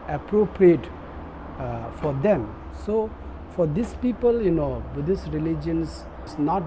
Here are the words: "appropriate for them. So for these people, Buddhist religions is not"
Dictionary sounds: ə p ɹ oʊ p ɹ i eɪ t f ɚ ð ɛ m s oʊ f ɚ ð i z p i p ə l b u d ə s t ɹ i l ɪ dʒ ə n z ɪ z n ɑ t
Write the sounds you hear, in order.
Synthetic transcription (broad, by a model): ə p ɹ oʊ p ɹ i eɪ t f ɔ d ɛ m s oʊ f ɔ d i s p i p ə l b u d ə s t ɹ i l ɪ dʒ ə n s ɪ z n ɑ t